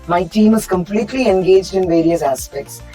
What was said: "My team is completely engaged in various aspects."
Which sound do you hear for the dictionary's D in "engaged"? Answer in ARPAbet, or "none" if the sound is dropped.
D